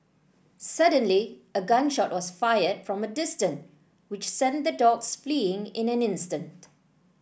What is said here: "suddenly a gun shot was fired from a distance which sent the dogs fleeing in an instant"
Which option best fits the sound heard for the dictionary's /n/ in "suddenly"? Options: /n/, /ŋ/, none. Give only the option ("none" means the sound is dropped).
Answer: /n/